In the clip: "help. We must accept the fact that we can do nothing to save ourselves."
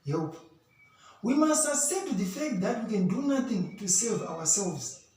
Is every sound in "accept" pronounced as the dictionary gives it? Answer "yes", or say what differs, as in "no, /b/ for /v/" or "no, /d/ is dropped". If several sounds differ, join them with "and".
no, /k/ is dropped and /p/ is dropped